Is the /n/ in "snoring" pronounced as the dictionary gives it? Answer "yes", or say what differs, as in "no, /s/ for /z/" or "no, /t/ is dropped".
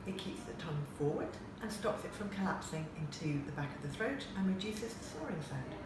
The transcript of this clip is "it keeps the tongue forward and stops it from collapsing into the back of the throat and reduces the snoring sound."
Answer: no, /n/ is dropped